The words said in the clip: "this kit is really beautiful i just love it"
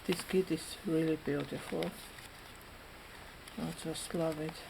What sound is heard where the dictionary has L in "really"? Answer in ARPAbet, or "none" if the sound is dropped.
L